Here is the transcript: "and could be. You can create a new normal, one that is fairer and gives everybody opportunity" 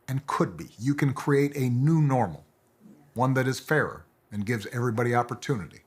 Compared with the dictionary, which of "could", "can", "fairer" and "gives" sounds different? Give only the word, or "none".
none